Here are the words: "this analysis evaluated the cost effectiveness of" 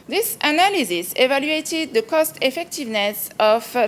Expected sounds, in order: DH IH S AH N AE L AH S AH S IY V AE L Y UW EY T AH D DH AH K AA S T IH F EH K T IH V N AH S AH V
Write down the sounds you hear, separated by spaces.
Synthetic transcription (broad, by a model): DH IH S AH N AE L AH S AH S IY V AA L Y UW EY T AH D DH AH K AA S T IH F EH K T IH V N AH S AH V